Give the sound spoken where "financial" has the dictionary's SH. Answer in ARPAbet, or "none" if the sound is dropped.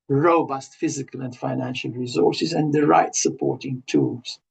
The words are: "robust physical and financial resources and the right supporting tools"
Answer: SH